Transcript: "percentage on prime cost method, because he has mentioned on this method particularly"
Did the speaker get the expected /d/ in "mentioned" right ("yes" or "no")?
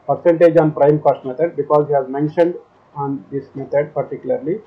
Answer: yes